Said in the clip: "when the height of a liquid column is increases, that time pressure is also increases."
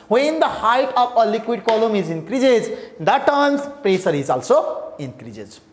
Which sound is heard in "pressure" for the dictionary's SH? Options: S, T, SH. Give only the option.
S